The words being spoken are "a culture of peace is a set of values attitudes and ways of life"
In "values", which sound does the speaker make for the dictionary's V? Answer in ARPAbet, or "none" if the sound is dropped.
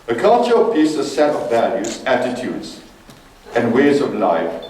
V